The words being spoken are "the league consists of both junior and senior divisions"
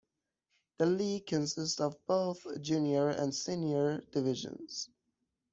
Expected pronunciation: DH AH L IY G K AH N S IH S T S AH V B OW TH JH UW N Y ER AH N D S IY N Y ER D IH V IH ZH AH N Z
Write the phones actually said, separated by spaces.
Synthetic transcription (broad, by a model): DH AH L IY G K AH N S IH S T S AH V B OW TH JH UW N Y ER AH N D S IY N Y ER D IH V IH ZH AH N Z